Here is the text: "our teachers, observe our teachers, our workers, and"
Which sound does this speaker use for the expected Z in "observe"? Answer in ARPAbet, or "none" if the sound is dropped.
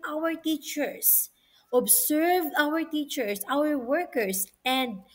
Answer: S